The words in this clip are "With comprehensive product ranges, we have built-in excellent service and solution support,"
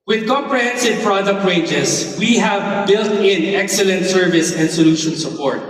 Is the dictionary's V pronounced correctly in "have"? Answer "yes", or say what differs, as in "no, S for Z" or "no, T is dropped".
yes